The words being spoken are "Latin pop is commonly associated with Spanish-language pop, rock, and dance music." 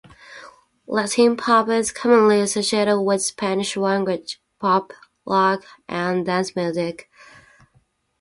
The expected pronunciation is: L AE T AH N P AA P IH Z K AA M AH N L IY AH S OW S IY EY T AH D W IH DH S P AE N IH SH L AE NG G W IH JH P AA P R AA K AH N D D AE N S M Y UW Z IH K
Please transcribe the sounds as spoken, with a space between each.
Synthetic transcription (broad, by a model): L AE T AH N P AA P IH Z K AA M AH N L IY AH S OW S IY EY T AH D W IH DH S P AE N IH SH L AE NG G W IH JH P AA P L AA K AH N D D AE N S M Y UW Z IH K